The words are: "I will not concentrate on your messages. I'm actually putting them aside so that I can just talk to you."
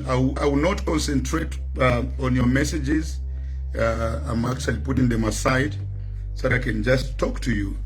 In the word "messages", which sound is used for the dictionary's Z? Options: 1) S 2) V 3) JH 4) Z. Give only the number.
4